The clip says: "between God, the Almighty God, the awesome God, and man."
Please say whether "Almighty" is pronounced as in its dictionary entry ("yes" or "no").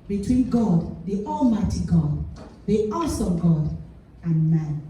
yes